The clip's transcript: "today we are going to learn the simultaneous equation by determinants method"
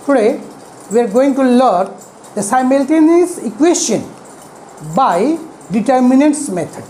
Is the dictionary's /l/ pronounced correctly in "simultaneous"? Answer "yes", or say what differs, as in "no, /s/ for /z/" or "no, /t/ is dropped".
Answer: yes